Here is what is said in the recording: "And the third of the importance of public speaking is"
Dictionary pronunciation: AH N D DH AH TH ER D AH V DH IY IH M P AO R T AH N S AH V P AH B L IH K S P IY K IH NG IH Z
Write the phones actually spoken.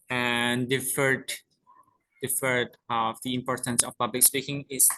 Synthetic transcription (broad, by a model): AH N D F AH F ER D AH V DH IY IH M P AO R T AH N S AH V P AH B L IH K S P IY K IH NG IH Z